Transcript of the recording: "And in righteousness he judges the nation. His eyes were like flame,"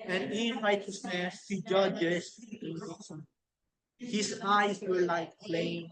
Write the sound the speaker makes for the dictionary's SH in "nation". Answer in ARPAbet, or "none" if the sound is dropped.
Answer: S